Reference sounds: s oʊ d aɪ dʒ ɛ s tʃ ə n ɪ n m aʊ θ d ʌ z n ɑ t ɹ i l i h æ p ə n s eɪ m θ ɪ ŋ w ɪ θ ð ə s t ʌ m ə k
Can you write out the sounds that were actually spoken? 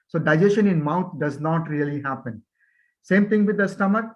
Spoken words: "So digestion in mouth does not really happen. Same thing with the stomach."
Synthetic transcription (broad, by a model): s oʊ d aɪ dʒ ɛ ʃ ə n ɪ n m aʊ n d ʌ z n ɑ t ɹ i l i h æ p ə n s eɪ m t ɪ ŋ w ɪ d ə s t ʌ m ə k